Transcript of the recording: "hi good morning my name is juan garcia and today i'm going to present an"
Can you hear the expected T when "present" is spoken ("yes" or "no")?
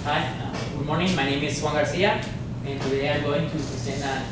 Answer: no